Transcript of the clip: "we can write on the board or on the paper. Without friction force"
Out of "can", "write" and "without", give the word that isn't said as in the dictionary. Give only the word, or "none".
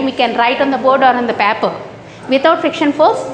without